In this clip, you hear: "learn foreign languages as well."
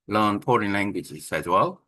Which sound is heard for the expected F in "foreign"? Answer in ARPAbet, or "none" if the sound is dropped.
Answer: P